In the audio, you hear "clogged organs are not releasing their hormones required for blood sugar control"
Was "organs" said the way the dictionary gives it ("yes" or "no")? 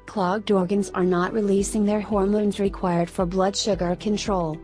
yes